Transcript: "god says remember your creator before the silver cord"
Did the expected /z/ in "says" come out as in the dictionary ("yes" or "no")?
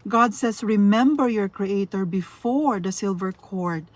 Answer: no